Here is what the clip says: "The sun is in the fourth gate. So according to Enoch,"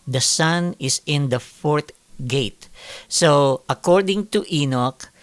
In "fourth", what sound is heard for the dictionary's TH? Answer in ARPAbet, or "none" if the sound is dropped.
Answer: T